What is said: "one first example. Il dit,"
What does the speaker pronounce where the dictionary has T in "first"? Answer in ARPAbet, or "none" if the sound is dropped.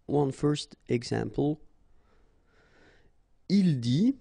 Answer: T